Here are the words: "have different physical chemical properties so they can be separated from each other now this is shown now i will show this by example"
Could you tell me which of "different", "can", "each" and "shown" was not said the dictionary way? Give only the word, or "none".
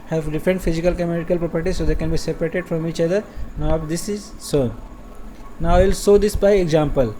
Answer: shown